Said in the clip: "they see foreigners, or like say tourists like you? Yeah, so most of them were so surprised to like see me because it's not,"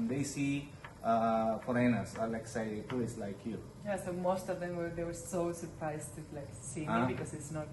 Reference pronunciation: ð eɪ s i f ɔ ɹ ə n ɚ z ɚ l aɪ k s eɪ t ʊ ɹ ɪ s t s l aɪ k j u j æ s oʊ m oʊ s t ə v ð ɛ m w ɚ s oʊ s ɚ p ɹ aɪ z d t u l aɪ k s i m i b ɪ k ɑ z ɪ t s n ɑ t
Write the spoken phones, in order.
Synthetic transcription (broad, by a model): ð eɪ s i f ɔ ɹ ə n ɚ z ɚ l aɪ k s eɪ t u ɪ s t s l aɪ k j u j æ s oʊ m oʊ s t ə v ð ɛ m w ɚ s oʊ s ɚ p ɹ aɪ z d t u l aɪ k s i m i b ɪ k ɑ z ɪ t s n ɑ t